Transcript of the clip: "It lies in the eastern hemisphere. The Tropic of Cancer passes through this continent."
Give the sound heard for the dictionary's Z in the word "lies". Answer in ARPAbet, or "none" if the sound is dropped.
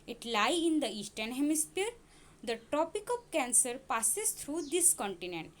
none